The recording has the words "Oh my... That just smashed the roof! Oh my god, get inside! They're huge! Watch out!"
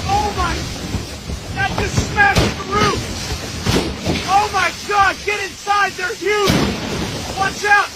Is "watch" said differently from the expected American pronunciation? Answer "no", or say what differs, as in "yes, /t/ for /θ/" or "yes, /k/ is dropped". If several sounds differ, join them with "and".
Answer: yes, /s/ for /tʃ/